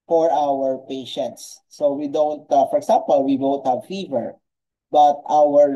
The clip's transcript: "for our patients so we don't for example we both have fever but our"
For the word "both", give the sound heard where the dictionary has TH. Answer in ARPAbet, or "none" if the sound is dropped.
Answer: T